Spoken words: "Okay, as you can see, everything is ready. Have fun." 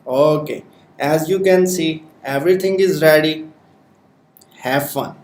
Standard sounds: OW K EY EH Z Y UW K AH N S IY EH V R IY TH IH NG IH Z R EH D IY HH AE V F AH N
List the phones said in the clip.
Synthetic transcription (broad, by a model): OW K EY EH Z Y UW K AH N S IY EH V R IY T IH NG IH Z R EH D IY HH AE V F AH N